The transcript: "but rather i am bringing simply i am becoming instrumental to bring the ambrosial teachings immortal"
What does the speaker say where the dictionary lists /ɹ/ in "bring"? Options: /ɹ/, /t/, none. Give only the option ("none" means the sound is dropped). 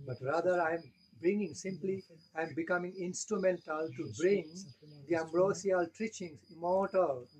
/ɹ/